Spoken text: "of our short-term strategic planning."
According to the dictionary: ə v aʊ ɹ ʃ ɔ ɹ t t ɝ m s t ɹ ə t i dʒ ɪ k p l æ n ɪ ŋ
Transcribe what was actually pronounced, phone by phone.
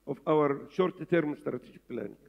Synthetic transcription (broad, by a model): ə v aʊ ɹ ʃ ɔ ɹ t t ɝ m s t ɹ ə t i dʒ ɪ k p l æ n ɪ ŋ